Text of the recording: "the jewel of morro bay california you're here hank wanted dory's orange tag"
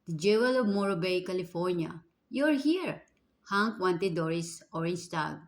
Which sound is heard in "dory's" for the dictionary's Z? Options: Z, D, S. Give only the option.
S